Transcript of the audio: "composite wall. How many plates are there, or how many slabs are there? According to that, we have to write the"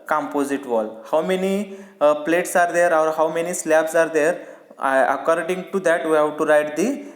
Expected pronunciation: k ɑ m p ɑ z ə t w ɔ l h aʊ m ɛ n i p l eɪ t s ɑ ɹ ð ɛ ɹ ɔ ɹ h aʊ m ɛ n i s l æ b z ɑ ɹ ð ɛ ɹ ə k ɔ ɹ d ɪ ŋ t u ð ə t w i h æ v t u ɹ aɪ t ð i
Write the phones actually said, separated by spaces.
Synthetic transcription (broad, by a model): k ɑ m p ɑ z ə t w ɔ l h aʊ m ɛ n i p l eɪ t s ɑ ɹ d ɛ ɹ ɔ ɹ h aʊ m ɛ n i s l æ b s ɑ ɹ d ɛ ɹ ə k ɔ ɹ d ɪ ŋ t u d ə t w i h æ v t u ɹ aɪ t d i